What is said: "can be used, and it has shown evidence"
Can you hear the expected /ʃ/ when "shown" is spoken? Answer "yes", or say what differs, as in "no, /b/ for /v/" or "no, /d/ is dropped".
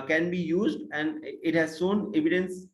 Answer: no, /s/ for /ʃ/